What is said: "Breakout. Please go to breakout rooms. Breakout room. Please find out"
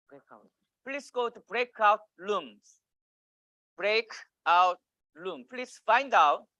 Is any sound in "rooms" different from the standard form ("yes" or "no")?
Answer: yes